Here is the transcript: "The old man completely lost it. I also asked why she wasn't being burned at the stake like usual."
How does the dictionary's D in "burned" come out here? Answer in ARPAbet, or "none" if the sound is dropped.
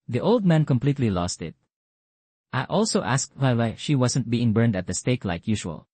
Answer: D